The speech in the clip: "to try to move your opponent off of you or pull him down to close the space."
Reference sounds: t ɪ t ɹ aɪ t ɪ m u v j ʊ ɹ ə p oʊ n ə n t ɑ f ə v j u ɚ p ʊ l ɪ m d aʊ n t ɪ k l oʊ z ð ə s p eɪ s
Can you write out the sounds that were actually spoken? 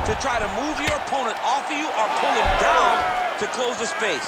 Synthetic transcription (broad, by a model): t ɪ t ɹ aɪ t ɪ m u v j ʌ ɹ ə p oʊ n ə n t ɑ f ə j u ɚ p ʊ n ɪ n d aʊ n t ɪ k l oʊ z ð ə s p eɪ s